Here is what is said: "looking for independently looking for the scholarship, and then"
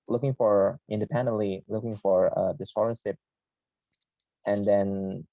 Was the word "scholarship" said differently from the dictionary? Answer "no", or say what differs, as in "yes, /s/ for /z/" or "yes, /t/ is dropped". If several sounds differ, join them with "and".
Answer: yes, /k/ is dropped